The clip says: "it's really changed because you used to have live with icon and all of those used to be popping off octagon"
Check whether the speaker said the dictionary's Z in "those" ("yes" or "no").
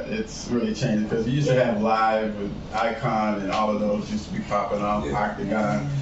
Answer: yes